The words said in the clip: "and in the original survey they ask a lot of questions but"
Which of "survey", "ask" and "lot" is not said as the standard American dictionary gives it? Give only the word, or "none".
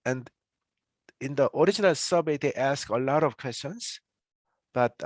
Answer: survey